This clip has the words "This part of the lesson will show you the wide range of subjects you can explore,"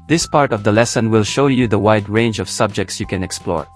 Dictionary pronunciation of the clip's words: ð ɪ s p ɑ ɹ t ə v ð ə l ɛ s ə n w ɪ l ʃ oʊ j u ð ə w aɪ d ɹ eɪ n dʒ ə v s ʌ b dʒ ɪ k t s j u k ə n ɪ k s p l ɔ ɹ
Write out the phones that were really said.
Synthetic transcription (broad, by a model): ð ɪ s p ɑ ɹ t ə v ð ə l ɛ s ə n w ɪ l ʃ oʊ j u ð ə w aɪ d ɹ eɪ n dʒ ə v s ʌ b dʒ ɪ k t s j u k ə n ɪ k s p l ɔ ɹ